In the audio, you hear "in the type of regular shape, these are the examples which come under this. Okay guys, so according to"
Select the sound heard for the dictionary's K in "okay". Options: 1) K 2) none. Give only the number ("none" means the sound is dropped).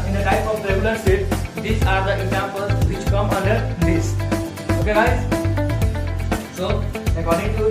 1